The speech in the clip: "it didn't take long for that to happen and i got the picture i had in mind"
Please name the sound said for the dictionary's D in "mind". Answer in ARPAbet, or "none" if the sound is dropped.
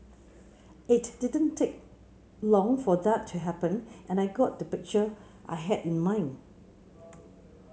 none